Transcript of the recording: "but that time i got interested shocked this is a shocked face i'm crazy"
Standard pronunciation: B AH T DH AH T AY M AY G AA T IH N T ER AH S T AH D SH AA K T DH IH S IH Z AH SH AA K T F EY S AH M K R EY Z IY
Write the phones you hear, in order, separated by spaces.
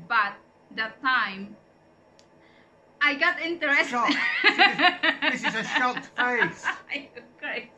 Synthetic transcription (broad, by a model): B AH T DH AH T AY M AY G AA T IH N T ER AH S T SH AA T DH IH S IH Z AH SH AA T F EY AH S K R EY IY